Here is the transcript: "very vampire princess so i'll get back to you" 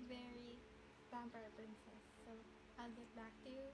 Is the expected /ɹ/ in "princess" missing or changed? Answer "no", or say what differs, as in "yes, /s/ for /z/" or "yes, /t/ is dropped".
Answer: yes, /ɹ/ is dropped